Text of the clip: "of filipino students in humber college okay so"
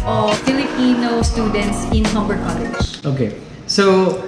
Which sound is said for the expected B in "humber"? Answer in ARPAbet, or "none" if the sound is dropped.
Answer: B